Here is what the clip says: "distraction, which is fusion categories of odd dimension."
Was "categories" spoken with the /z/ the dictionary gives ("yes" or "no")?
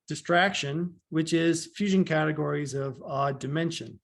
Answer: yes